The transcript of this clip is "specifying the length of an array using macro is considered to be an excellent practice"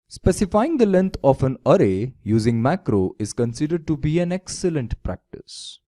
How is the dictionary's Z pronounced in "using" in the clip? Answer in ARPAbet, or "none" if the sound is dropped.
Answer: Z